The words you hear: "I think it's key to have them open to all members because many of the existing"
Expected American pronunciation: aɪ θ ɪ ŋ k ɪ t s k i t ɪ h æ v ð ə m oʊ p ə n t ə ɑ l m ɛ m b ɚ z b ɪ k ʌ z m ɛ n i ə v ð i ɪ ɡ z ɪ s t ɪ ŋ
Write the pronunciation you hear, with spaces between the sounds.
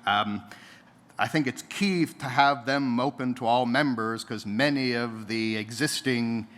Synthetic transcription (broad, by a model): aɪ θ ɪ ŋ k ɪ t s k i t ɪ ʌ v ð ə m oʊ p ə n t ə ɑ l m ɛ m b ɚ z k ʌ z m ɛ n i ə v ð i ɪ ɡ z ɪ s t ɪ ŋ